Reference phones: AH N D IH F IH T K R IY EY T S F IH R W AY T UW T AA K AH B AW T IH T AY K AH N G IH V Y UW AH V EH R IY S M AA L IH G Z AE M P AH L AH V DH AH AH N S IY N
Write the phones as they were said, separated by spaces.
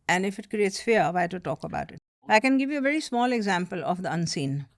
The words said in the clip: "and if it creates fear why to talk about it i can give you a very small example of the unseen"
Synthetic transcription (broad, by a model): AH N D IH F IH T K R IY EY T S F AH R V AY T UW T AA K AH B AW T IH T AY K AH N G IH V Y UW AH V EH R IY S M AA L IH G Z AE M P AH L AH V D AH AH N S IY N